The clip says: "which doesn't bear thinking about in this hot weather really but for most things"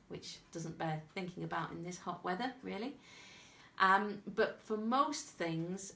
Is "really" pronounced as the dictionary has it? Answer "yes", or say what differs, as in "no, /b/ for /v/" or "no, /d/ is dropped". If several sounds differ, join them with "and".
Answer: no, /l/ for /ɹ/